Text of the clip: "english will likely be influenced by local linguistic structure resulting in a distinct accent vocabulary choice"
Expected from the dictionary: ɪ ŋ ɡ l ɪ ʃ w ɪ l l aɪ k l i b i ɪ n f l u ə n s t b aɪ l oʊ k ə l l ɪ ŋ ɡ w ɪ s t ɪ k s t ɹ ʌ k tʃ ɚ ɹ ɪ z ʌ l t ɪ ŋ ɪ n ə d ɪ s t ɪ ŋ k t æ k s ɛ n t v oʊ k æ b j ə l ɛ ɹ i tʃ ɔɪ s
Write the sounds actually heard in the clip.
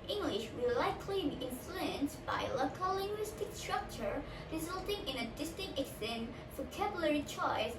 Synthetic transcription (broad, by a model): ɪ ŋ ɡ l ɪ ʃ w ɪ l l aɪ k l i i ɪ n f l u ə n s b aɪ l oʊ k ə l l ɪ ŋ ɡ w ɪ s t ɪ k s t ɹ ʌ k tʃ ɚ ɹ ɪ z ʌ l t ɪ ŋ ɪ n ə d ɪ s t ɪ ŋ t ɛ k s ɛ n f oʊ k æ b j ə l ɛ ɹ i tʃ ɔɪ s